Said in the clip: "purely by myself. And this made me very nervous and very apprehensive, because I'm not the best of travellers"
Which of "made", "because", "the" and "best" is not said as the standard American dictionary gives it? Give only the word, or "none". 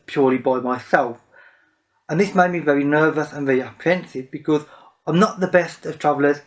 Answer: none